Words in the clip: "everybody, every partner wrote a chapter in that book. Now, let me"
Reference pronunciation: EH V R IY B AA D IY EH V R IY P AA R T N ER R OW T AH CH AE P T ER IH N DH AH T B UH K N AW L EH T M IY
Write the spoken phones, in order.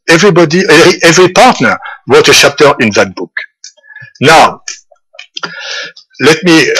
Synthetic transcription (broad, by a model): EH V R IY B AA D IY EH V R IY P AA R T N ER W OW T AH SH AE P T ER IH N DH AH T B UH K N AW L EH T M IY